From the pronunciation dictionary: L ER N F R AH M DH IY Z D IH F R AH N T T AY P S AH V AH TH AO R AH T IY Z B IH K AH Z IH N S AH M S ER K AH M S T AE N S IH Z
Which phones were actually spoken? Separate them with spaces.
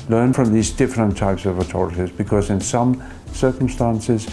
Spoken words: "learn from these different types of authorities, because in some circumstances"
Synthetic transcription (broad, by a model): L ER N F R AH M DH IY Z D IH F R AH N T T AY P S AH V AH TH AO R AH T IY Z B IH K AH Z IH N S AH M S ER K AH M S T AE N S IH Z